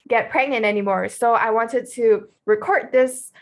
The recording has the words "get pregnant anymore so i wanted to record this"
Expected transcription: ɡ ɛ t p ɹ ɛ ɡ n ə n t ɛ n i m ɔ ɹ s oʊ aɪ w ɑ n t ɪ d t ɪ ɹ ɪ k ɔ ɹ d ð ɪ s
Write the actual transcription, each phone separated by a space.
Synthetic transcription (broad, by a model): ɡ ɛ t p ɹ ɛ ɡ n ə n ɛ n i m ɔ ɹ s oʊ aɪ w ɑ n t ɪ d t ɪ ɹ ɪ k ɔ ɹ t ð ɪ s